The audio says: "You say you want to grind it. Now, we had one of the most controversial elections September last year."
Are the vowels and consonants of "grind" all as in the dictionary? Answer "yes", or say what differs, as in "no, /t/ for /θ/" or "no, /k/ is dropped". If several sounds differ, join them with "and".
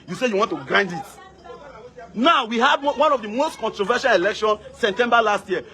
yes